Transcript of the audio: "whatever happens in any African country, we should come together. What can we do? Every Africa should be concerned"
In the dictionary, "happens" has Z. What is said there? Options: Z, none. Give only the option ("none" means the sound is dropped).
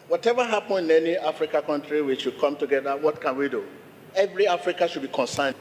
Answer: none